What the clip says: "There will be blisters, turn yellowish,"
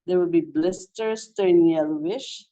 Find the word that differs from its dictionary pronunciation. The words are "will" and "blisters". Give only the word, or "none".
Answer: blisters